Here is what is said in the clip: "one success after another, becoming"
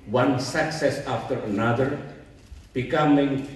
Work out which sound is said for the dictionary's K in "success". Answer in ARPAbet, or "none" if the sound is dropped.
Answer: K